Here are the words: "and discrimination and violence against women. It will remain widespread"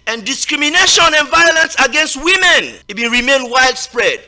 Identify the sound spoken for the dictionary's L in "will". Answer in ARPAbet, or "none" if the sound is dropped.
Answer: N